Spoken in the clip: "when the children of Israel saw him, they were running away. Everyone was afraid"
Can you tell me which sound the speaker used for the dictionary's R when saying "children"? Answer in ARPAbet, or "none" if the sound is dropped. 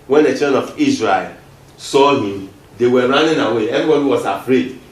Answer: none